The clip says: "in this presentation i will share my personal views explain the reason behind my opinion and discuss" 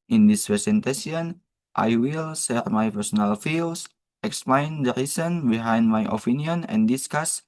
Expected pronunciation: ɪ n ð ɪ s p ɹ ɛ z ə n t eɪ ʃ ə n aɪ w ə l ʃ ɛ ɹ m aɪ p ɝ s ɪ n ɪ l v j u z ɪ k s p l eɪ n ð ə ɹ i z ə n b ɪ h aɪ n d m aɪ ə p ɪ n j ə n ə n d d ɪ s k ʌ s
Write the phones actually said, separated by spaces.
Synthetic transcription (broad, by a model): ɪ n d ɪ s p ɹ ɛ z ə n t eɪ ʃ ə n aɪ w ə l s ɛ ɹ m aɪ p ɝ s ɪ n ɪ l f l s ɪ k s p l eɪ n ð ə ɹ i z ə n b ɪ h aɪ n d m aɪ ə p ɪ n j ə n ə n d d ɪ s k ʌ s